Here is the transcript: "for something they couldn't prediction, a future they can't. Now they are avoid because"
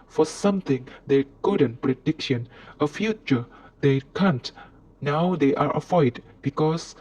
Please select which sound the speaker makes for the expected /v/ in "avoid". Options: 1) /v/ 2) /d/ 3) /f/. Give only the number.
3